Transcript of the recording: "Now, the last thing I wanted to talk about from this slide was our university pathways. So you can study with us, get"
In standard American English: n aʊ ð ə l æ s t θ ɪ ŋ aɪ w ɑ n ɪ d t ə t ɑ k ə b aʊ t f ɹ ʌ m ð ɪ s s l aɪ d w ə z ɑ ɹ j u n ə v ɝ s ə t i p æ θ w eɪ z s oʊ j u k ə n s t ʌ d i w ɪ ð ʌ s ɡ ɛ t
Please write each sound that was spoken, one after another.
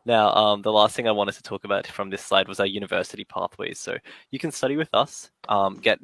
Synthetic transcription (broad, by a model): n aʊ ð ə l æ s t θ ɪ ŋ aɪ w ɑ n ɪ d t ə t ɑ k ə b aʊ t f ɹ ʌ m ð ɪ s s l aɪ d w ə z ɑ j u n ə v ɝ s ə t i p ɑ θ w eɪ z s oʊ j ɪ k ə n s t ʌ d i w ɪ ð ʌ s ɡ ɛ t